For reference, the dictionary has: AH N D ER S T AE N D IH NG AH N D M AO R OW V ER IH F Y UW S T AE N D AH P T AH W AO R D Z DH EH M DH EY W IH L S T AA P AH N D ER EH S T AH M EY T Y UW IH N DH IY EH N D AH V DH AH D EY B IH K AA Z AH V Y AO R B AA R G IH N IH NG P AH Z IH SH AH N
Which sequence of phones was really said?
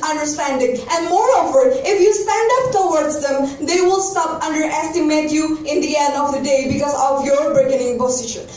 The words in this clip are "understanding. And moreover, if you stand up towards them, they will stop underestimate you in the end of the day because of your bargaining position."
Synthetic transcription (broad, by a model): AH N D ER S T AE N D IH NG AH N D M AO R OW V ER IH F Y UW S T AE N D AH P T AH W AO R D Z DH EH M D EY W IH L S T AA P AH N D ER EH S T AH M EY T Y UW IH N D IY EH N D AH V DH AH D EY B IH K AA Z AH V Y AO R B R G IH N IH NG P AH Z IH SH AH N